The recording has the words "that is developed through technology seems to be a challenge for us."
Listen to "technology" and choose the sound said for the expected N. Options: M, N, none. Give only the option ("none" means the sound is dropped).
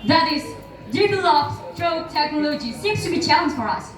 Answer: N